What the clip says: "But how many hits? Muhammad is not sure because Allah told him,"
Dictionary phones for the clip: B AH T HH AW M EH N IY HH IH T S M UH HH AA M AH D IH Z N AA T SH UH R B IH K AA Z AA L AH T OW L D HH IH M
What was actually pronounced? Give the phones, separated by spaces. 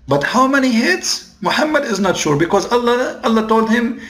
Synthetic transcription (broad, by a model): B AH T HH AW M EH N IY HH IH T S M UH HH AA M AH D IH Z N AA T SH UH R B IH K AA Z AA L AH T OW L D HH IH M